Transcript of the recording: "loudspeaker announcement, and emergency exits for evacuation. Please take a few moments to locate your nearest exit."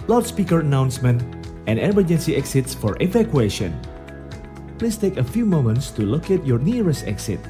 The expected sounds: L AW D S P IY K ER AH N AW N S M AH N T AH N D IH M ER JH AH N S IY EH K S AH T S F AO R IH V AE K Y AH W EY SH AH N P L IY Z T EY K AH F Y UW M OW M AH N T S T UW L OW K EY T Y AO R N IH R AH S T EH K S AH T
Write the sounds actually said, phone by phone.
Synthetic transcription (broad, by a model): L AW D S P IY K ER AH N AW N S M AH N T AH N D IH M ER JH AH N S IY EH K S AH T S F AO R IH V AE K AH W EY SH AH N P L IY S T EY K AH F Y UW M OW M AH N T S T UW L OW K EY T Y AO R N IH R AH S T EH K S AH T